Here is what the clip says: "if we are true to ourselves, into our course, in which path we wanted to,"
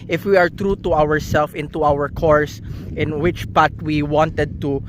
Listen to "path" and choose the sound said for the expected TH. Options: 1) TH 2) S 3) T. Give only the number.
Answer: 3